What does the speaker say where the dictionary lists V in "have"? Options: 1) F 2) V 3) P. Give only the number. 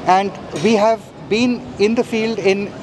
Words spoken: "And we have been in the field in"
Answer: 2